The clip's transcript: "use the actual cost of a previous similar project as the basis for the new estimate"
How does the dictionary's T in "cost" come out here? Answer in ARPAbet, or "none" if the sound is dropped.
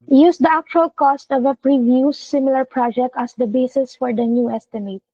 T